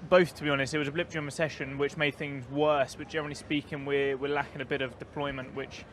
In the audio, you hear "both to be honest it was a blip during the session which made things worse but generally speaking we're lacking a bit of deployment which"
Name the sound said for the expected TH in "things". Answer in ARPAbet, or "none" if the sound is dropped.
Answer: TH